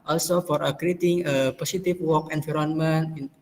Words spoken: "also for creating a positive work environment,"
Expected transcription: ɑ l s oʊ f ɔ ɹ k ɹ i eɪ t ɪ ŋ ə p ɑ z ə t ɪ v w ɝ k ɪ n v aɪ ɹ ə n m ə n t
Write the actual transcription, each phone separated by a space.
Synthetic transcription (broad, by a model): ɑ l s oʊ f ɔ ɹ k ɹ i eɪ t ɪ ŋ ə p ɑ s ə t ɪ f w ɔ k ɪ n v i ɹ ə n m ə n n